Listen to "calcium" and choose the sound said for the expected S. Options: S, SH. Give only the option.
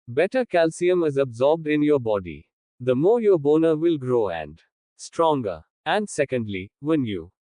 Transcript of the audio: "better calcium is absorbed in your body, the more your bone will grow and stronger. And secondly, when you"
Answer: S